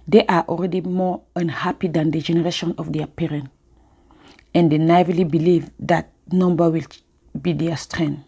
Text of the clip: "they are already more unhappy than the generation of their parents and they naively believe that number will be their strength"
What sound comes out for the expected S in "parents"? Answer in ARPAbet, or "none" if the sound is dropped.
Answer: none